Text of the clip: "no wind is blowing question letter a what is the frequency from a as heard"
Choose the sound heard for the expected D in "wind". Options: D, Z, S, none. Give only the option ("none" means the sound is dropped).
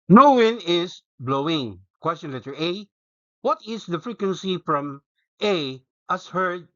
none